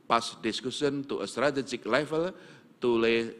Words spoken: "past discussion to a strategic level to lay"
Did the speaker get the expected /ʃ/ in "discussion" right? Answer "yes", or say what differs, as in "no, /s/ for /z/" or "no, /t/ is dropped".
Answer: no, /s/ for /ʃ/